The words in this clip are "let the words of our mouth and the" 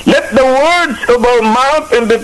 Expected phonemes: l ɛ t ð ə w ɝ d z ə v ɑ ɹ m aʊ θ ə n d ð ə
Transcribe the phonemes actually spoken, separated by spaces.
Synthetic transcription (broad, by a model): l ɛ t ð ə w ɝ d z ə b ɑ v m aʊ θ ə n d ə